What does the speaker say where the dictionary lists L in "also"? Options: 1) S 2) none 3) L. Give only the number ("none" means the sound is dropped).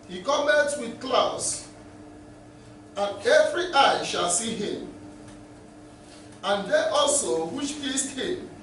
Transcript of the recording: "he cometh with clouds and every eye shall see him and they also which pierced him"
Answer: 3